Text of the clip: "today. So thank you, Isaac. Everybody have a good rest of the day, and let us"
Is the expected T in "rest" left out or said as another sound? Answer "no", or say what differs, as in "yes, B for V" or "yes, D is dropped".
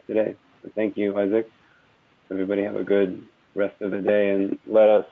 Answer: no